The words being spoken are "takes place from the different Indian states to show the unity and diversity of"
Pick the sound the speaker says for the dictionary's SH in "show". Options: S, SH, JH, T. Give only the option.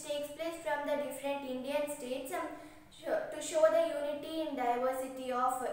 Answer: SH